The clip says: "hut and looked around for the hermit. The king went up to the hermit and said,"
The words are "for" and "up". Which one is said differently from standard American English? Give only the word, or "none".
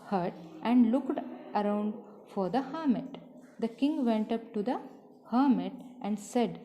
none